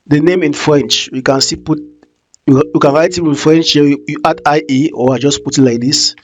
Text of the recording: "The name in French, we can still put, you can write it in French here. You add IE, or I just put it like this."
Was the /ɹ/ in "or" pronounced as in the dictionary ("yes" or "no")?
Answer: no